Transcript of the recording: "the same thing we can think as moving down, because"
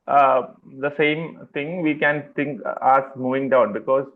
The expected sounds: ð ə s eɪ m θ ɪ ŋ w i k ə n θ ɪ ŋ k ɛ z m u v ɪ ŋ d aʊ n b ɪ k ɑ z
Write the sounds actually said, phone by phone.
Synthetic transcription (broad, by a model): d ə s eɪ m t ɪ ŋ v i k ə n t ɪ ŋ k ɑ s m u v ɪ ŋ d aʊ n b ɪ k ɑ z